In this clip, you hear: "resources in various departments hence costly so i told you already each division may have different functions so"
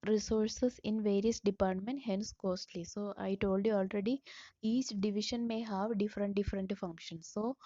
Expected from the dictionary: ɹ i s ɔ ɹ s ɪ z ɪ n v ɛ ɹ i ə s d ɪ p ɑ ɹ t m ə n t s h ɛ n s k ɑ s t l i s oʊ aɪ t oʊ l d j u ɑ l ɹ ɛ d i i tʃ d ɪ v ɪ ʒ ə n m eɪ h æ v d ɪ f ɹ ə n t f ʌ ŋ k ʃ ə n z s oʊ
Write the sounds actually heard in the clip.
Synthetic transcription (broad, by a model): ɹ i s ɔ ɹ s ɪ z ɪ n v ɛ ɹ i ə s d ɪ p ɑ ɹ t m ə n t h ɛ n s k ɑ s t l i s oʊ aɪ t oʊ l d j u ɑ l ɹ ɛ d i i tʃ d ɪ v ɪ ʃ ə n m eɪ h æ v d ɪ f ɹ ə n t f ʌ ŋ k ʃ ə n s oʊ